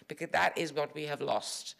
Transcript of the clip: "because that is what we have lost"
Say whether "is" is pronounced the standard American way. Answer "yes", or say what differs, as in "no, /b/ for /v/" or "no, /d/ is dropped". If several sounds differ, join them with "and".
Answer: yes